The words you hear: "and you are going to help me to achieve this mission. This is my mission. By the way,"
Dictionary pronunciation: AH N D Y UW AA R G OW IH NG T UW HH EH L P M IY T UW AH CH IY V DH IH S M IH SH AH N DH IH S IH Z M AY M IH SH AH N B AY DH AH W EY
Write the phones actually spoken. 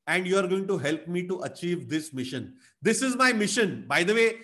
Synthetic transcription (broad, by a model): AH N D Y UW AA R G OW IH NG T UW HH EH L P M IY T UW AH CH IY V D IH S M IH SH AH N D IH S IH Z M AY M IH SH AH N B AY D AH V EY